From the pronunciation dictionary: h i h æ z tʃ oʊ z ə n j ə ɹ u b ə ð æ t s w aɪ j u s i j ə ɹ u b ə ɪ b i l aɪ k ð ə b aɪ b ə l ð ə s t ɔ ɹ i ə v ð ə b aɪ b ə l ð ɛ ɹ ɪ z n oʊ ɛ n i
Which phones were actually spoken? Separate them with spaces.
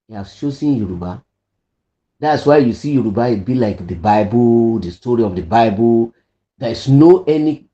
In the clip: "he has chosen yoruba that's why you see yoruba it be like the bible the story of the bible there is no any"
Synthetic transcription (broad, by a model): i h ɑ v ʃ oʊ s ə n j ə ɹ u b ə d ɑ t s w aɪ j u s i j ə ɹ u b ə ɪ b i l aɪ k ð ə b aɪ b ə l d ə s t ɔ ɹ i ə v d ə b aɪ b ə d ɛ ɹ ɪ s n oʊ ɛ n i